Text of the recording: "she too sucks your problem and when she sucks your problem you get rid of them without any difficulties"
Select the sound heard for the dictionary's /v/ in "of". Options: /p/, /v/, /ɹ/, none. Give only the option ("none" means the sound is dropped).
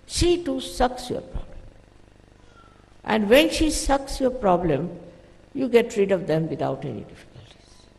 /v/